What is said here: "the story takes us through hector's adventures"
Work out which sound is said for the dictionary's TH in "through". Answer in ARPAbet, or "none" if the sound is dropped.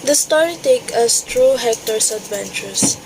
T